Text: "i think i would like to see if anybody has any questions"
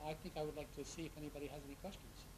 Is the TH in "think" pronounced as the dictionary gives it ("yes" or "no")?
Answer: yes